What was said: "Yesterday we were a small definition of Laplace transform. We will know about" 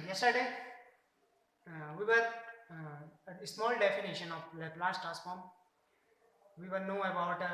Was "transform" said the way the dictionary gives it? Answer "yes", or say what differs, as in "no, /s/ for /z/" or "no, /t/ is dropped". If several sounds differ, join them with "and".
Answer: no, /n/ is dropped